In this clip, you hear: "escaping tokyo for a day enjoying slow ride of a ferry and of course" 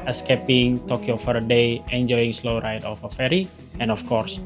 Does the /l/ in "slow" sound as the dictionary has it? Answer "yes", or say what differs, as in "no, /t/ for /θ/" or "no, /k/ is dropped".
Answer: yes